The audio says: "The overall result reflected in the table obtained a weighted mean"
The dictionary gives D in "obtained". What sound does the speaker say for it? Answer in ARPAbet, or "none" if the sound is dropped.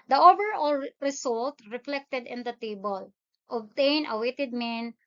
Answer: none